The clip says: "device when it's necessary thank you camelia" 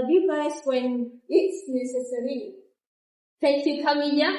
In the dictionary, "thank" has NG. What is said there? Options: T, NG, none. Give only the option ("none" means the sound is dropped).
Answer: none